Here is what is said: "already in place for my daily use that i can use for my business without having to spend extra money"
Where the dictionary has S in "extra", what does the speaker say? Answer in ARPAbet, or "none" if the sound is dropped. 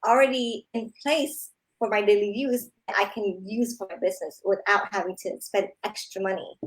S